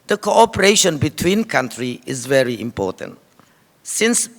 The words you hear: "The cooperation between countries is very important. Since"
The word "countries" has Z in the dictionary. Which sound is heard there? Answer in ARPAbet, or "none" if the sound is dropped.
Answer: none